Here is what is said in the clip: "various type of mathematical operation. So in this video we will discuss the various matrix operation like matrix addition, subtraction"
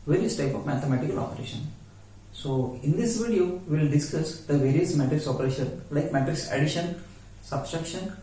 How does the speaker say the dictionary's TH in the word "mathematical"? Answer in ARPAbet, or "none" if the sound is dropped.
T